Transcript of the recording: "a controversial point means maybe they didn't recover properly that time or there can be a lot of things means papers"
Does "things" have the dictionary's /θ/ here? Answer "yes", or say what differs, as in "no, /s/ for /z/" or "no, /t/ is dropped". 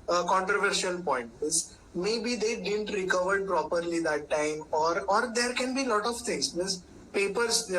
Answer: no, /t/ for /θ/